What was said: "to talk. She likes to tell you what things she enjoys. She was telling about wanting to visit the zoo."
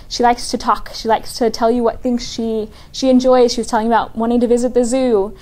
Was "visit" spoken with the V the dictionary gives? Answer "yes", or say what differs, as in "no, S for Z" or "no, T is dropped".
yes